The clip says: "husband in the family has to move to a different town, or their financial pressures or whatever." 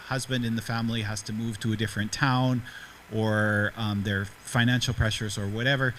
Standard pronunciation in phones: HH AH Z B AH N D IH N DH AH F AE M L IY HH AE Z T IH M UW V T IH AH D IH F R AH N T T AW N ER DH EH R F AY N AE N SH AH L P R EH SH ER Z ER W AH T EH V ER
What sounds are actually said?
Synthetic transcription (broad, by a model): HH AH Z B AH N D IH N DH AH F AE M L IY HH AE Z T IH M UW V T IH AH D IH F R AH N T T AW N ER DH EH R F AY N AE N SH L P R EH SH ER Z ER W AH T EH V ER